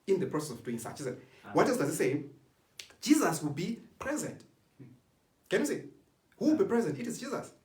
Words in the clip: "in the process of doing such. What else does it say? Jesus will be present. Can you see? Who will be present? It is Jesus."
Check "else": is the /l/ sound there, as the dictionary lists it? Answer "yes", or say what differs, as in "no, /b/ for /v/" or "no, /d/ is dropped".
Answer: no, /l/ is dropped